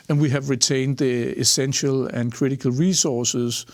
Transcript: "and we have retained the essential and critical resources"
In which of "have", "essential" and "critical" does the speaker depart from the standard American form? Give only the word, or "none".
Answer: none